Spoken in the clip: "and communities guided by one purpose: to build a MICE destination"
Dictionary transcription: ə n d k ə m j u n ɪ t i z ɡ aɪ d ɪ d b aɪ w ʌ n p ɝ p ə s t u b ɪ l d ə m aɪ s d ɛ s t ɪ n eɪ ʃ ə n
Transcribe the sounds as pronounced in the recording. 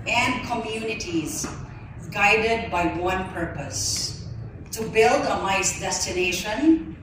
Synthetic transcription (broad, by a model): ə n d k ə m j u n ɪ t i z ɡ aɪ d ɪ d b aɪ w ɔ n p ɝ p ə s t u b ɪ l d ə m aɪ s d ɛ s t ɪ n eɪ ʃ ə n